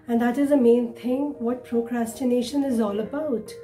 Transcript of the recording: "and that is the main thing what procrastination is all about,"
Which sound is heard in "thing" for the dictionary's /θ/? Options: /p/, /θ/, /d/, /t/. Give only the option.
/t/